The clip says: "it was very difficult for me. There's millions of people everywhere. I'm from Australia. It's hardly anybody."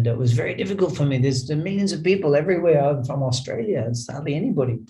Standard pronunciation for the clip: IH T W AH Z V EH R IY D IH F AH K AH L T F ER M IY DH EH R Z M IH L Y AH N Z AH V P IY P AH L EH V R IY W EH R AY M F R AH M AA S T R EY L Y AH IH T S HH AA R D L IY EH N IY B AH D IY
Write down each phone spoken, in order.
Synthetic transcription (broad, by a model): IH T W AH Z V EH R IY D IH F AH K AH L T F ER M IY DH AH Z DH M IH L Y AH N Z AH V P IY P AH L EH V R IY W EH R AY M F R AH M AA S T R EY L Y AH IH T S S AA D L IY EH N IY B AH D IY